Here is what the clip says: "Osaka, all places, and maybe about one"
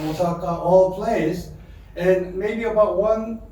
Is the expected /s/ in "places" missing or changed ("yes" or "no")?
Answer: yes